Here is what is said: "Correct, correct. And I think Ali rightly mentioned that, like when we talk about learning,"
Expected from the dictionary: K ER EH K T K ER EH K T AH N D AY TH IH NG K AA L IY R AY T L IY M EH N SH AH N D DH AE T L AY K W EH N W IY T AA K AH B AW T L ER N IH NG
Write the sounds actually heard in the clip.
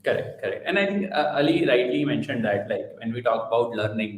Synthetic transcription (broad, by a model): K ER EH K T K ER EH K T AH N D AY T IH NG K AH L IY R AY T L IY M EH N SH AH N D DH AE T L AY K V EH N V IY T AA K AH B AW T L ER N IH NG